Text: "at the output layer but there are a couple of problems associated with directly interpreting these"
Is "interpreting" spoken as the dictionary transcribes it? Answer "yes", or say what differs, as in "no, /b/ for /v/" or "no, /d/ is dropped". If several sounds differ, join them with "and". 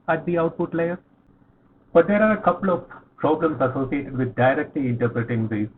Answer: yes